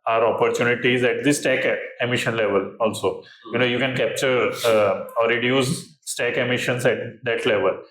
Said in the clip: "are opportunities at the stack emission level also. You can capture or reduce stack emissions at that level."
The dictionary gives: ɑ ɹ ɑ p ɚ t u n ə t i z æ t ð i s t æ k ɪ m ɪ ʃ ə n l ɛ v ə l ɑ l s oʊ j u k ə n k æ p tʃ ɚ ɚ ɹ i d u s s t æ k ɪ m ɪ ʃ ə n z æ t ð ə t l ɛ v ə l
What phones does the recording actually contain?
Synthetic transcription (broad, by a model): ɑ ɹ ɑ p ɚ t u n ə t i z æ t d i s t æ k ɪ m ɪ ʃ ə n l ɛ v ə l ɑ l s oʊ j u k ə n k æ p tʃ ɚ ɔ ɹ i d u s s t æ k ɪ m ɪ ʃ ə n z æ t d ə t l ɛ v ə l